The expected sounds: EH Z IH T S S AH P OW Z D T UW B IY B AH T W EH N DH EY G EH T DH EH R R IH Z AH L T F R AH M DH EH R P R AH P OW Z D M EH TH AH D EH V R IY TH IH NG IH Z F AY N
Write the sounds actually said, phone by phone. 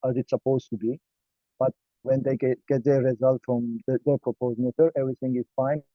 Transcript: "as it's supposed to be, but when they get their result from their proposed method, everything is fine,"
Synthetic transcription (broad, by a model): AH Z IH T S S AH P OW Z T UW B IY B AH T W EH N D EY G EH T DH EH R R IH Z AH L T F R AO M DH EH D P R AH P OW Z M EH T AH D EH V R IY T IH NG IH Z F AY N